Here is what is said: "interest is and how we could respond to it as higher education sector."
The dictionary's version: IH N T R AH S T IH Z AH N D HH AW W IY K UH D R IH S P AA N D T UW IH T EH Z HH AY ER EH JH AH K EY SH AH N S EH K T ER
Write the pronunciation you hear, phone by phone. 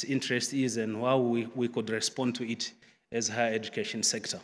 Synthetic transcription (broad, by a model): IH N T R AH S T IH Z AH N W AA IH W IY K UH D R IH S P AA N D T UW IH T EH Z HH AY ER EH JH AH K EY SH AH N S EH K T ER